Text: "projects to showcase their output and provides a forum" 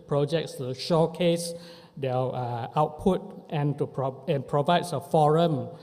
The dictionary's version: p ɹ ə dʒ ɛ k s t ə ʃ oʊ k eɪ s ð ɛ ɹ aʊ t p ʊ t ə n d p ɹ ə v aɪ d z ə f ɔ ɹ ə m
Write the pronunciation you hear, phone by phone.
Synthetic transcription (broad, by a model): p ɹ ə dʒ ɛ k s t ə ʃ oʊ k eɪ s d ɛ l aʊ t p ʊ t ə n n p ɹ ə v aɪ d s ə f ɔ ɹ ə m